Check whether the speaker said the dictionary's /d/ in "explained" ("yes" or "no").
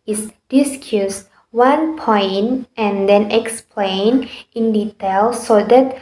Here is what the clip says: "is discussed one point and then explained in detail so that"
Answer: no